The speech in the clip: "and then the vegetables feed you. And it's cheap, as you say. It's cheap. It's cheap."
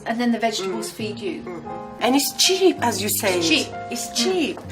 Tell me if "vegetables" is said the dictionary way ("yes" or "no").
yes